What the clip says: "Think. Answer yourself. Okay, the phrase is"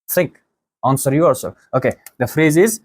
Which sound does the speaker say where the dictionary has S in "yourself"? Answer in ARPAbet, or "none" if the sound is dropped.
none